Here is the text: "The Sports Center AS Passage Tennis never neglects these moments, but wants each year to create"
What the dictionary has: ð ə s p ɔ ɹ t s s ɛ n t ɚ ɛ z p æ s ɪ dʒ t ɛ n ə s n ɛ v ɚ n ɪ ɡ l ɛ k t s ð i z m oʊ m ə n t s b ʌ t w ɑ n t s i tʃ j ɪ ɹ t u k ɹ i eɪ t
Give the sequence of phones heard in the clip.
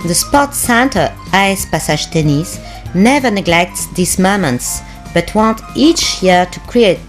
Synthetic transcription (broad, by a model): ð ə s p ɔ t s s ɛ n t ɚ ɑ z p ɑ s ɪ ʒ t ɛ n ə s n ɛ v ɚ n ɪ ɡ l ɛ k t s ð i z m oʊ m ə n t s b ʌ t w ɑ n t i tʃ j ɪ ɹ t u k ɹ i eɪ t